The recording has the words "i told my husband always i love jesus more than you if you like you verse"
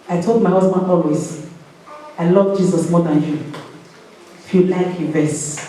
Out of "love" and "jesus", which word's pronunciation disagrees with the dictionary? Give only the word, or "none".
none